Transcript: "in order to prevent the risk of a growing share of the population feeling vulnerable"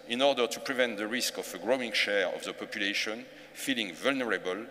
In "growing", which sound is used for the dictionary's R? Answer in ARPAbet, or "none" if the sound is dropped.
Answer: R